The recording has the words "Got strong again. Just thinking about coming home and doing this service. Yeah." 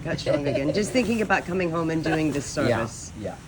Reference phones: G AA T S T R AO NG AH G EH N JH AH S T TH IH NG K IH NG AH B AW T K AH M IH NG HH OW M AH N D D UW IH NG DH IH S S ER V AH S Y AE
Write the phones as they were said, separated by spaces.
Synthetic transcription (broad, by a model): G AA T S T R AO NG AH G EH N JH AH S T TH IH NG K IH NG AH B AW T K AH M IH NG HH OW M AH N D D UW IH NG DH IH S S ER V AH S Y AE